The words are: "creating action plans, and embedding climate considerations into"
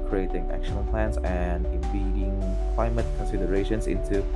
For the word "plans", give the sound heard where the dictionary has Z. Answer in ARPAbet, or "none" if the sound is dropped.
S